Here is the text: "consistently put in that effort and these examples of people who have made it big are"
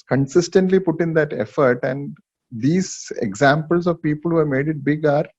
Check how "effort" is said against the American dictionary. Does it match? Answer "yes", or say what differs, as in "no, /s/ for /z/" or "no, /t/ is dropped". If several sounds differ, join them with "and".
yes